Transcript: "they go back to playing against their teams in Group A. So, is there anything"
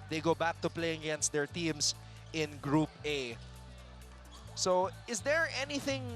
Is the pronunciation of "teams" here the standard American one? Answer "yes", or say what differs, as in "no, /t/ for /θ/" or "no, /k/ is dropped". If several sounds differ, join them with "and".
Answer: no, /s/ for /z/